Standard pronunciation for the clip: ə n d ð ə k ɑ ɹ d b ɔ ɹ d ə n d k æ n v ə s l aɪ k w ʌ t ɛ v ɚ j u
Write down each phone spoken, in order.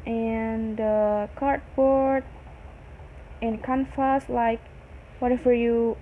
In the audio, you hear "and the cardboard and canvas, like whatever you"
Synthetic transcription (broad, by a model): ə n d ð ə k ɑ ɹ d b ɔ ɹ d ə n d k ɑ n f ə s l aɪ k w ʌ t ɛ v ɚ j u